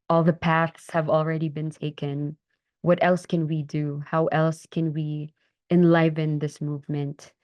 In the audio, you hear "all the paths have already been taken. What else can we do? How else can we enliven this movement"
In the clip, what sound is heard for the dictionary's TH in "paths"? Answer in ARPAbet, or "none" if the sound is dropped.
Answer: TH